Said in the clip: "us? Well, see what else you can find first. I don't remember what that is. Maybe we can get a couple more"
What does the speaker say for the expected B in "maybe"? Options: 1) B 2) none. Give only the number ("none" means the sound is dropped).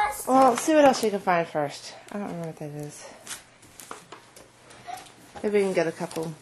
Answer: 2